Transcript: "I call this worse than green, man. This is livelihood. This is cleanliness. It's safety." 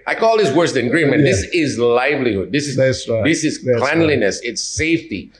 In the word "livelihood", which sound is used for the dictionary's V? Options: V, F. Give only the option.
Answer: V